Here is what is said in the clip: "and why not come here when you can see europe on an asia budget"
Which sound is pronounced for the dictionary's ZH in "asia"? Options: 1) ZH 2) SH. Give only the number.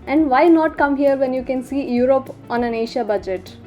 2